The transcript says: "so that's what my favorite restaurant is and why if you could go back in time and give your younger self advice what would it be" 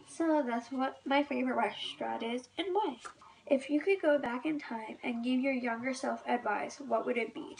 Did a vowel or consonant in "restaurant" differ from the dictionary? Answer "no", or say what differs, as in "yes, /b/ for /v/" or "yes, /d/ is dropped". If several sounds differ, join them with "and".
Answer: yes, /n/ is dropped